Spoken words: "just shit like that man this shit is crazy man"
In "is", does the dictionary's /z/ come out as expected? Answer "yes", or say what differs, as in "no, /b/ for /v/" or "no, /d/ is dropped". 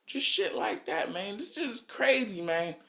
no, /s/ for /z/